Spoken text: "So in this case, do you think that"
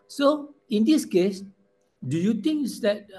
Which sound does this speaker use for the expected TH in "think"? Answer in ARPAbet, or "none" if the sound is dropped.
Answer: T